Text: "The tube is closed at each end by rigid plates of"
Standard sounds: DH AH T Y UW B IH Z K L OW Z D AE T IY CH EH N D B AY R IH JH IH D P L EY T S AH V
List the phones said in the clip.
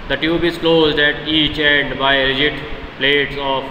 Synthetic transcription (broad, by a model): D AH T Y UW B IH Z K L OW Z D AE T IY CH EH N D B AY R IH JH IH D P L EY T S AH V